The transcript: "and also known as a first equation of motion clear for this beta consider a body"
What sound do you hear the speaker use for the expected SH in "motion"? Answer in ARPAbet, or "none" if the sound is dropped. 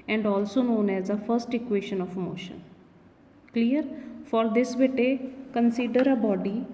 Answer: SH